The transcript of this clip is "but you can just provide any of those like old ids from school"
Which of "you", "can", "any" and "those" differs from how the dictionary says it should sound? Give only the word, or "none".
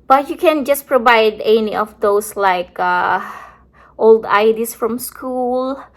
those